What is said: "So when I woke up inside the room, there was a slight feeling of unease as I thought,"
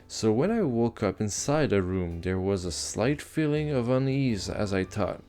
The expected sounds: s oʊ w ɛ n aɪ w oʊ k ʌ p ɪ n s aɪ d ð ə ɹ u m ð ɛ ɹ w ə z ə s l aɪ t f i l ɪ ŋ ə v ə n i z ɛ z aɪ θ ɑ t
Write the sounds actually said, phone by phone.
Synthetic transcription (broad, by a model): s oʊ w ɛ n aɪ w oʊ k ʌ p ɪ n s aɪ d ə ɹ u m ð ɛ ɹ w ə z ə s l aɪ t f i l ɪ ŋ ə v ə n i z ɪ z aɪ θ ɑ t